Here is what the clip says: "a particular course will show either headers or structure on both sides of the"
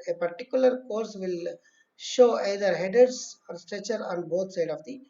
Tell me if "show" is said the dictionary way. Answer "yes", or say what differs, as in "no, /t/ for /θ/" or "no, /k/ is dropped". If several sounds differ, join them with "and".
yes